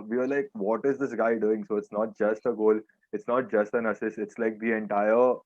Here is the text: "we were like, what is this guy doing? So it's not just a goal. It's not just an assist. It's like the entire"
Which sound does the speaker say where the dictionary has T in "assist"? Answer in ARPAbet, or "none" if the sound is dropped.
none